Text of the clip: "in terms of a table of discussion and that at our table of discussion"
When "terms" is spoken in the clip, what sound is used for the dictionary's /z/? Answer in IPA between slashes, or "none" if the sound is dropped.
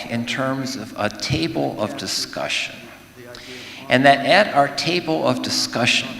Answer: /z/